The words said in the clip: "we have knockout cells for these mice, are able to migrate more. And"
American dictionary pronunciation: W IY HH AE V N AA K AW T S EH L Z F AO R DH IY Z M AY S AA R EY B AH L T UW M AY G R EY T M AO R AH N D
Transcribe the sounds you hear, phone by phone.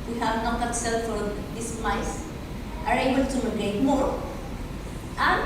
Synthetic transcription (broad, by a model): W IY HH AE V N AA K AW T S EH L F AO R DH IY S M AY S AA R EY B AH L T UW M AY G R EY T M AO R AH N